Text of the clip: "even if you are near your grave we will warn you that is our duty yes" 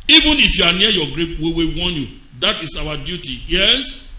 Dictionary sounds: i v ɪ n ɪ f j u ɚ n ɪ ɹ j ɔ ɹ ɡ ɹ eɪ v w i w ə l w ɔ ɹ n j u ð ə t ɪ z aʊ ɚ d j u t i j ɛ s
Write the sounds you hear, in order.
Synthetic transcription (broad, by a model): i v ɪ n ɪ f j u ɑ n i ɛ j ɔ ɡ ɹ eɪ p w i w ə w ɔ n j u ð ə t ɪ s aʊ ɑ d j u t i j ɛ s